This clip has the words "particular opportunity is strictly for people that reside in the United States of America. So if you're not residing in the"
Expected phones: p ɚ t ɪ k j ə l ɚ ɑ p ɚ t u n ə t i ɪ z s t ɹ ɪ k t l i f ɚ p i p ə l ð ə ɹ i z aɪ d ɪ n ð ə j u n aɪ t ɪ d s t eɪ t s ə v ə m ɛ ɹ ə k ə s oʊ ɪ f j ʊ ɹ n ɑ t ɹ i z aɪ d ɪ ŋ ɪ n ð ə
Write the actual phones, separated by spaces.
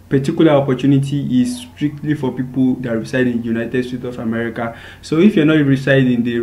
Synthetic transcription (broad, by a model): p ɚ t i k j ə l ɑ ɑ p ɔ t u n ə t i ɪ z s t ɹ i k t l i f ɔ p i p ə l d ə ɹ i s aɪ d ɪ n j u n aɪ t ɪ d s t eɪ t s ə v ə m ɛ ɹ ə k ə s oʊ ɪ f j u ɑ n ɑ t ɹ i s aɪ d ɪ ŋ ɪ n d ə